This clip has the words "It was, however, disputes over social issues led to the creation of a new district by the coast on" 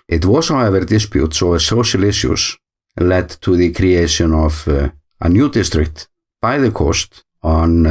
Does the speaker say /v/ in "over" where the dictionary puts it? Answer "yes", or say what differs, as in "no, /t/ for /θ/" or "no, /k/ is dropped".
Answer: no, /v/ is dropped